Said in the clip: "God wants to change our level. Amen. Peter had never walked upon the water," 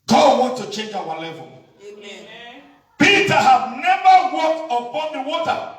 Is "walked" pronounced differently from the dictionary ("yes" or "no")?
no